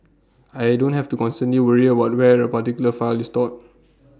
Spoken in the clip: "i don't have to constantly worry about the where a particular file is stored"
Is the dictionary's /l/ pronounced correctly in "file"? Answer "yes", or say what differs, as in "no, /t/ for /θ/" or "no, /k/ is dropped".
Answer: yes